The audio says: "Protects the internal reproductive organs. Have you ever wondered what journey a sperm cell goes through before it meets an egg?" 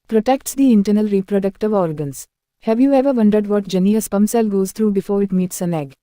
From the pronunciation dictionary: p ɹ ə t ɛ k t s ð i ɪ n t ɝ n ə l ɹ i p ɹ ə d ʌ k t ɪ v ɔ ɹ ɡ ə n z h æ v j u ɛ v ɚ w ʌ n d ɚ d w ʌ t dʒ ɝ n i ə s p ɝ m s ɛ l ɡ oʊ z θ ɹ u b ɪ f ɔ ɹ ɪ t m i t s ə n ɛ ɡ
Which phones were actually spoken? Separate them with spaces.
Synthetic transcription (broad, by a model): p ɹ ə t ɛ k t s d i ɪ n t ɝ n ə l ɹ i p ɹ ə d ʌ k t ɪ v ɔ ɹ ɡ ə n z h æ v j u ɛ v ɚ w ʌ n d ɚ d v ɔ t dʒ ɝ n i ə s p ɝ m s ɛ l ɡ oʊ z t ɹ u b ɪ f ɔ ɹ ɪ t m i t s ə n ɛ ɡ